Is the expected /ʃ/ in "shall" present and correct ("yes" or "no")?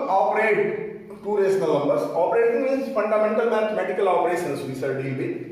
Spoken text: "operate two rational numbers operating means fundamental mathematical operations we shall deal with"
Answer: no